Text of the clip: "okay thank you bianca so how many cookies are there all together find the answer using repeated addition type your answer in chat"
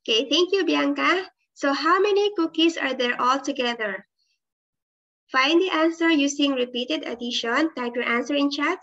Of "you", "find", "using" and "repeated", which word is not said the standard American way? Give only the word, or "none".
using